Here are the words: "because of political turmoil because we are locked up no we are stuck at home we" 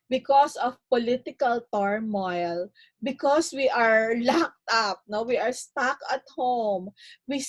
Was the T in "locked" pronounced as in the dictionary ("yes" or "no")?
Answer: yes